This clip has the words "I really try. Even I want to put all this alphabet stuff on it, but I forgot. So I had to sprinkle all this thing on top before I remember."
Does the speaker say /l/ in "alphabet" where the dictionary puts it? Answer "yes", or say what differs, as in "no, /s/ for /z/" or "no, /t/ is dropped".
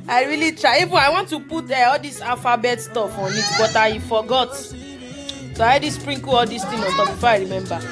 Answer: no, /l/ is dropped